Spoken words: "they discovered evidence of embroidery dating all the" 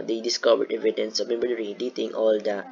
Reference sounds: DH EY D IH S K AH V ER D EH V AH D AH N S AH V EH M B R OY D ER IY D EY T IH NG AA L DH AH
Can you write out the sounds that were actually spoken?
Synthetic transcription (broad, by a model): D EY D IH S K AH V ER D EH V AH D AH N S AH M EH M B AH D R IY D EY T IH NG AA L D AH